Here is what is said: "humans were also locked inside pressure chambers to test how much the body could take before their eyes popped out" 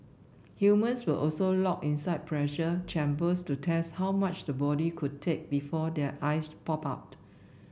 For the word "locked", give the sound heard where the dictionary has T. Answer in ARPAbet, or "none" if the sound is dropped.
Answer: none